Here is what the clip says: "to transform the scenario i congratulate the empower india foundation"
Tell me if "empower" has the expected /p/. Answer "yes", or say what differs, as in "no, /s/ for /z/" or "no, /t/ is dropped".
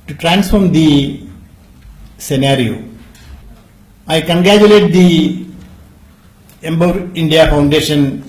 no, /b/ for /p/